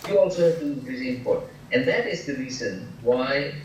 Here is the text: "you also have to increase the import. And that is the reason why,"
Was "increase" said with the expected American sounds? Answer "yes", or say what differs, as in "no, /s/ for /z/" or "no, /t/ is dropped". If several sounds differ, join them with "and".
no, /k/ is dropped